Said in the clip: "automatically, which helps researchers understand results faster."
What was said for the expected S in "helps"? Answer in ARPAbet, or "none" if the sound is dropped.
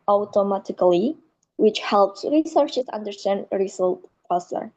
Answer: S